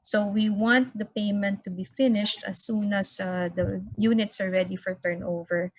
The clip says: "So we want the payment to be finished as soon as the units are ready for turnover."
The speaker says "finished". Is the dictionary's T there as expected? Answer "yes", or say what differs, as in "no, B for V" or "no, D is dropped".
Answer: yes